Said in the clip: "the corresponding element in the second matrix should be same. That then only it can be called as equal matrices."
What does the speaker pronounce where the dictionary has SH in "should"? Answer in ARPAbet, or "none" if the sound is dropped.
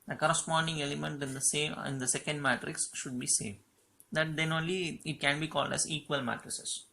SH